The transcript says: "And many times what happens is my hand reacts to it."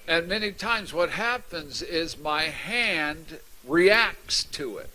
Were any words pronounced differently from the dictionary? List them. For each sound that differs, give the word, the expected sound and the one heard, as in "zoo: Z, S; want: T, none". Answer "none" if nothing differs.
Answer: none